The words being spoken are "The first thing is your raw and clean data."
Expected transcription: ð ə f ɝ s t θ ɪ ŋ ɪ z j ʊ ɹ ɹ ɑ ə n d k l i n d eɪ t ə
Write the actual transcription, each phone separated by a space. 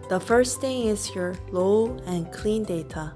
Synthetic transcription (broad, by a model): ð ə f ɝ s θ ɪ ŋ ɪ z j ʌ ɹ l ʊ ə n k l i n d eɪ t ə